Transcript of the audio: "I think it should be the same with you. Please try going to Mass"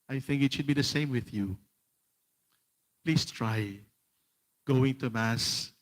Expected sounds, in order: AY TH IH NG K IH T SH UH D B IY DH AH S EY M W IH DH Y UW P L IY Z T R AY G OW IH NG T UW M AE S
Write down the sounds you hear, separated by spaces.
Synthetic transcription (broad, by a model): AY TH IH NG K IH T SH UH D B IY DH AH S EY M W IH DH Y UW P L IY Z T R AY G OW IH NG T UW M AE S